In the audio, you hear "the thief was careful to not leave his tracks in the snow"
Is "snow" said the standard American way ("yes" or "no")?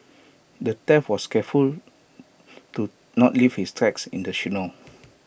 no